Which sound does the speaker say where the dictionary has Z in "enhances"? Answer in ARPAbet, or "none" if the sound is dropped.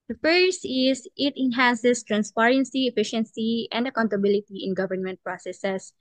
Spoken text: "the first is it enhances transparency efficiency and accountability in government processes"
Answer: S